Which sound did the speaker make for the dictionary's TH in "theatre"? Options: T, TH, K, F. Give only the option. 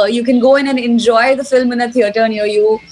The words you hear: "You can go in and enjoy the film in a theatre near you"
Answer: T